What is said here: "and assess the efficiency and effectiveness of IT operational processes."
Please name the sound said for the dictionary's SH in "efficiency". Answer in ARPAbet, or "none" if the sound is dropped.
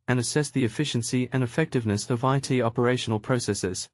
SH